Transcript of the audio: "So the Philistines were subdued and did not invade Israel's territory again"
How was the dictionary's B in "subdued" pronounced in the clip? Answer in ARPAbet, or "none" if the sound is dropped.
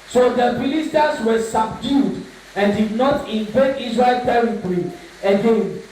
B